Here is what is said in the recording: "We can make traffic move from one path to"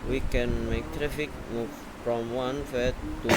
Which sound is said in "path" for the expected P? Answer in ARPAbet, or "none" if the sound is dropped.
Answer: F